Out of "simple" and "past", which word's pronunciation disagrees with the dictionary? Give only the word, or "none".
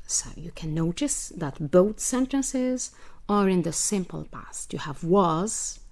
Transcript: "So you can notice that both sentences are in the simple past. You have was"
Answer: none